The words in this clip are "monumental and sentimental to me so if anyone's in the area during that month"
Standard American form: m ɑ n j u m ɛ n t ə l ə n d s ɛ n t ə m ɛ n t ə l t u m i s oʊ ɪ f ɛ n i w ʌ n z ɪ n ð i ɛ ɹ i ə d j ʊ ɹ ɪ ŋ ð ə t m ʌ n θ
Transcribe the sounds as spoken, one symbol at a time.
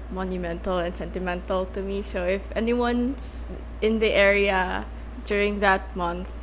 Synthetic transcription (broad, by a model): m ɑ n j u m ɛ n t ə l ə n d s ɛ n t ə m ɛ n t ə l t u m i s oʊ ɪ f ɛ n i w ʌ n s ɪ n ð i ɛ ɹ i ə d j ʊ ɹ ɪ ŋ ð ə t m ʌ n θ